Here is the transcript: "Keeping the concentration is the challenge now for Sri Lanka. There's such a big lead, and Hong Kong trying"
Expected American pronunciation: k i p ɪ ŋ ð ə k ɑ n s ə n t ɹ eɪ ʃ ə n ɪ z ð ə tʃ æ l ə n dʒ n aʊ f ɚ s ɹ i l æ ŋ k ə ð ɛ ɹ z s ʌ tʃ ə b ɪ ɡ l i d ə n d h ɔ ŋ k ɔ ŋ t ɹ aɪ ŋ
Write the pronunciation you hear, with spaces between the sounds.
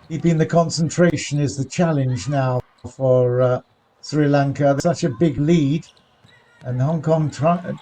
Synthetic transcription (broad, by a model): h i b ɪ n ð ə k ɑ n s ə n t ɹ eɪ ʃ ə n ɪ z ð ə tʃ æ l ə n dʒ n aʊ f ɚ s ɹ i l æ ŋ k ə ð s ʌ tʃ ə b ɪ ɡ l i d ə n h ɔ ŋ k ɔ ŋ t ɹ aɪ